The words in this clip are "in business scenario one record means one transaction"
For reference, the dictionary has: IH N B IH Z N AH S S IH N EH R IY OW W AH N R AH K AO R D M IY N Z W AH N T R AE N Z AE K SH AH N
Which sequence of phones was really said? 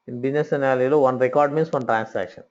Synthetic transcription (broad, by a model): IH N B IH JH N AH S S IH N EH L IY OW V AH N R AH K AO R D M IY N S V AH N T R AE N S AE K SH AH N